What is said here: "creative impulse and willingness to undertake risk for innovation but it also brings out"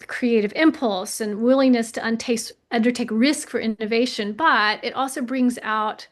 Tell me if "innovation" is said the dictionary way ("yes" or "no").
yes